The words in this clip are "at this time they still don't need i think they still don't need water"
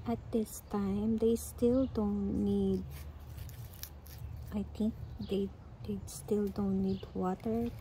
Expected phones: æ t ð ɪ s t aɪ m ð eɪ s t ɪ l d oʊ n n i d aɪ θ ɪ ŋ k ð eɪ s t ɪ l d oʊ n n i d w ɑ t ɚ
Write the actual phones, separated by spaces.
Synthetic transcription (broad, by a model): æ t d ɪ s t aɪ m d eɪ s t ɪ l d oʊ n n i d aɪ t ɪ ŋ k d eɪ s t ɪ l d oʊ n n i d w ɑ t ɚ